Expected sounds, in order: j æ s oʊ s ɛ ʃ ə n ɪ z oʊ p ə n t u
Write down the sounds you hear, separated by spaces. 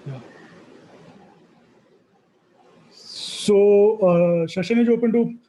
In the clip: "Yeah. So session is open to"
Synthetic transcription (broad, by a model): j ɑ s oʊ ʃ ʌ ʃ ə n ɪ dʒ oʊ p ə n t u